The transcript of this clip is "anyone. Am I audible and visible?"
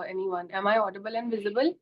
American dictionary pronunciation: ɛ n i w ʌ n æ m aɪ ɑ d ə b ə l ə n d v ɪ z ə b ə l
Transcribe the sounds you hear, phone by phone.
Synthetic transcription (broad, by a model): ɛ n i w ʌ n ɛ m aɪ ɑ d ə b ə l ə n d v ɪ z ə b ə l